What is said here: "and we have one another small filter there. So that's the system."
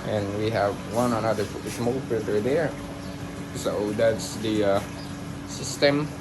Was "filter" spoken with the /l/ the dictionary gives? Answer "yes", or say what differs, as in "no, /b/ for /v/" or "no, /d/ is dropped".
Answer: no, /l/ is dropped